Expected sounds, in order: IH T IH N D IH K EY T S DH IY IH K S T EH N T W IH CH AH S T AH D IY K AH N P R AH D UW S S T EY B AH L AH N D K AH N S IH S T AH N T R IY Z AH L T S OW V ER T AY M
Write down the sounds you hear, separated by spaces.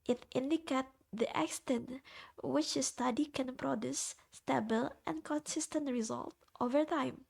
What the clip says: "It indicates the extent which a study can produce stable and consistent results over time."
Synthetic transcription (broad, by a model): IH T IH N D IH K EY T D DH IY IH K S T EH N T W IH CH AH S T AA D IY K AH N P R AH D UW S S T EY B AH L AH N K AH N S IH S T AH N T R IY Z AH L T OW V ER T AY M